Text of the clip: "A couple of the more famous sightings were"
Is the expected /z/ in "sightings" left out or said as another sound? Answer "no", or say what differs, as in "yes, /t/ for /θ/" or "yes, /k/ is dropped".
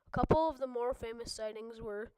no